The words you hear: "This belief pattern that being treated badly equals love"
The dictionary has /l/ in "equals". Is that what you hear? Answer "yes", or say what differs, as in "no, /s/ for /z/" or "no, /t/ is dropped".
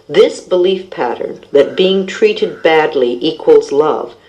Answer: yes